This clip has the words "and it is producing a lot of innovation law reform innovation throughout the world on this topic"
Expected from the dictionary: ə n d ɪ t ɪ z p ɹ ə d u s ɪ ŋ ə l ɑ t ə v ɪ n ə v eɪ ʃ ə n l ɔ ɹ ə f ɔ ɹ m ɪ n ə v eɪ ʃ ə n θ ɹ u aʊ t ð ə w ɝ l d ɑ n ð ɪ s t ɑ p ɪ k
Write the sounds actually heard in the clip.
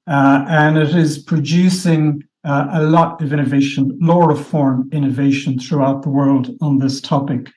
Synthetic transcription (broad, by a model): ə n ɪ t ɪ z p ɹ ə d u s ɪ ŋ ə l ɑ t ə v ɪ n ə v eɪ ʃ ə n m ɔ ɹ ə f ɔ ɹ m ɪ n ə v eɪ ʃ ə n θ ɹ u aʊ t ð ə w ɝ l d n ð ɪ s t ɑ p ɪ k